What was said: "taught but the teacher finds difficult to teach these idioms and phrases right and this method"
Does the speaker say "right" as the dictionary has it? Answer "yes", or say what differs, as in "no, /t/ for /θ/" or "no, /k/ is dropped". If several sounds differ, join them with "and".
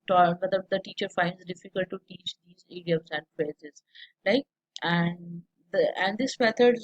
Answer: no, /l/ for /ɹ/